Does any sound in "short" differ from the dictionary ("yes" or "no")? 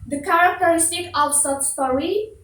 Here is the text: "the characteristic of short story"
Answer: yes